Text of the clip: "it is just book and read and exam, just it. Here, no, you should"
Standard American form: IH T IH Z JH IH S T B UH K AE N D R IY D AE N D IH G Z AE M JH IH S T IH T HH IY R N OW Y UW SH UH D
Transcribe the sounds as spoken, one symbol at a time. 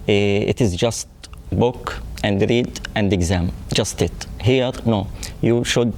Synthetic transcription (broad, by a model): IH T IH Z JH IH S T B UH K AE N D R IY D AE N D IH G Z AE M JH IH S T IH T HH IY R N OW Y UW SH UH D